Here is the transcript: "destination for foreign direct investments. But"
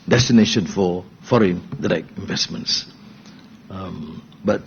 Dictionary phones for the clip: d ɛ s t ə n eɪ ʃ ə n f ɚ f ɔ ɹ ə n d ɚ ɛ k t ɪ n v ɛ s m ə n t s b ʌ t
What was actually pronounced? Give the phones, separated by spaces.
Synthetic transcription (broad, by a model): d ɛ s t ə n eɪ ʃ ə n f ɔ f ɔ ɹ ə n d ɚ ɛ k ɪ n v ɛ s m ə n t s b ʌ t